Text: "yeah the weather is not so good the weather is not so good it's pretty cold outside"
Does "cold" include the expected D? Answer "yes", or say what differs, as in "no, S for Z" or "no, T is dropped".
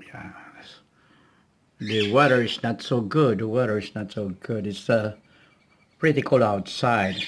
no, D is dropped